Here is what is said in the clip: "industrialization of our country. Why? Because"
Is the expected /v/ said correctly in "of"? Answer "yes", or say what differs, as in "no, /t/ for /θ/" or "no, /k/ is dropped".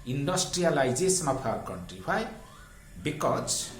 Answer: no, /p/ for /v/